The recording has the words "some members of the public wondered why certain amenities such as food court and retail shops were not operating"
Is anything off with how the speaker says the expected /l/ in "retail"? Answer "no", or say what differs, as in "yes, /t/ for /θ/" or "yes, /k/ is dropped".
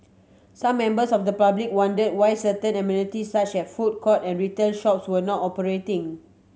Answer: yes, /n/ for /l/